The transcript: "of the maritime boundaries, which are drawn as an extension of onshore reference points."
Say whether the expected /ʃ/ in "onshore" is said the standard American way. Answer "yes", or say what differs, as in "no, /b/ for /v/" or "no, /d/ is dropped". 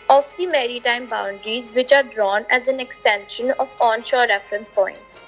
yes